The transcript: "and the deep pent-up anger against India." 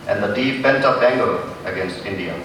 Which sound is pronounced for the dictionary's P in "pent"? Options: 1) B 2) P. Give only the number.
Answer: 1